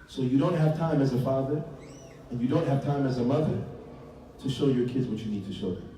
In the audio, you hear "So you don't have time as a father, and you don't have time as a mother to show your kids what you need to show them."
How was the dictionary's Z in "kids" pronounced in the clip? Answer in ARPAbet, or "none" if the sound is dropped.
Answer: Z